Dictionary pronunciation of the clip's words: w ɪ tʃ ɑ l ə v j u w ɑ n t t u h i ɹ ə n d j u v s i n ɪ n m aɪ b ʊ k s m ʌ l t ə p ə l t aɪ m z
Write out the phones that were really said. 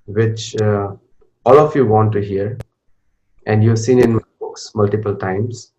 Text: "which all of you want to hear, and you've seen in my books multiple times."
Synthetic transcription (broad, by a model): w ɪ tʃ ɑ l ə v j u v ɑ n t t u h i ɹ ə n d j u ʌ s i n ɪ n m b ʊ k s m ʌ l t ə p ə l t aɪ m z